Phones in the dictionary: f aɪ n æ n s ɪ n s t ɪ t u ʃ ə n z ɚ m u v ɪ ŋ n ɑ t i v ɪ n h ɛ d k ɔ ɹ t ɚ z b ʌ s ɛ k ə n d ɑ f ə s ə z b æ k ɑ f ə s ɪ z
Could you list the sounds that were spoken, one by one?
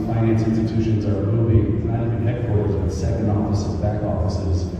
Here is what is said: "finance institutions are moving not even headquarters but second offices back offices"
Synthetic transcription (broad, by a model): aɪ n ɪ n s ɪ n s t ɪ t u ʃ ə n z ɚ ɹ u b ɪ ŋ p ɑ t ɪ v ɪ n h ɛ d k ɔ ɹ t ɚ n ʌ s ɛ k ə n d ɑ f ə s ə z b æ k ɑ f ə s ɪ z